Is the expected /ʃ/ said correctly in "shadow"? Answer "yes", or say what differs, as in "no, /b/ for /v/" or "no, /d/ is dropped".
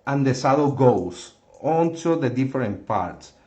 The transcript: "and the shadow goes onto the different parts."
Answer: no, /s/ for /ʃ/